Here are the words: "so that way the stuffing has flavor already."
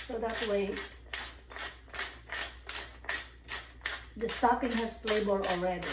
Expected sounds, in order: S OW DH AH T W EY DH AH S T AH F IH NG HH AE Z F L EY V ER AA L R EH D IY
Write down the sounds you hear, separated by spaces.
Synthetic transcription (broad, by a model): S OW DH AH T W EY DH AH S T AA P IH NG HH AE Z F L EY B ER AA L R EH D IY